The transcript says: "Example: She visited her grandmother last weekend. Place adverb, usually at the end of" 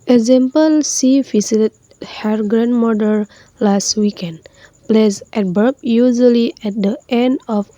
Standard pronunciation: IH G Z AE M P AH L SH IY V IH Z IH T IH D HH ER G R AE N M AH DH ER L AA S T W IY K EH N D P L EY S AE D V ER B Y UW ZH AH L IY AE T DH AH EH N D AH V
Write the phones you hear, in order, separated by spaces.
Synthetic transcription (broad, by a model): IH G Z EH M P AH L S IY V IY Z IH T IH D HH ER G R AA N M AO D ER L AA S T W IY K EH N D P L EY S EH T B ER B Y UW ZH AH L IY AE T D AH EH N D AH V